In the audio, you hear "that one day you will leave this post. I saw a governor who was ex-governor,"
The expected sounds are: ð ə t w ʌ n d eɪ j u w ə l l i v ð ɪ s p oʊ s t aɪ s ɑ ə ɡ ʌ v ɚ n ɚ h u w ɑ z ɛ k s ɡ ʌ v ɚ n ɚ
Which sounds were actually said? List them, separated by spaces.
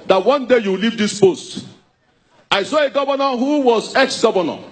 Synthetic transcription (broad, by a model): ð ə t w ʌ n d eɪ j u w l l i v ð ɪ s p oʊ s t aɪ s ɑ ə ɡ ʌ v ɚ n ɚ h u w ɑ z ɛ k s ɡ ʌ v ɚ n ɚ